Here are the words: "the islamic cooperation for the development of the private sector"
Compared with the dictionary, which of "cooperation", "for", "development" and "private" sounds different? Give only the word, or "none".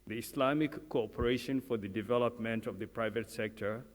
none